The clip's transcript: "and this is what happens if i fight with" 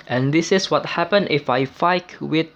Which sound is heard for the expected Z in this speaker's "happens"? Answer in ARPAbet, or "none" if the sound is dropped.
none